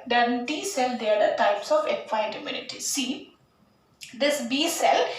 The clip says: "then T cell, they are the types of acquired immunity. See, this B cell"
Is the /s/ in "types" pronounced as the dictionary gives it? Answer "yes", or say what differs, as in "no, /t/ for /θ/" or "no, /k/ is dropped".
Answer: yes